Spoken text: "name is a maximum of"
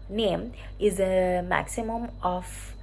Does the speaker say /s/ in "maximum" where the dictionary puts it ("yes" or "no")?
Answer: yes